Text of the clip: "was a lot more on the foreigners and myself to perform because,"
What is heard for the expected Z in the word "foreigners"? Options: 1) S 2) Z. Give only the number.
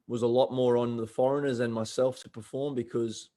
2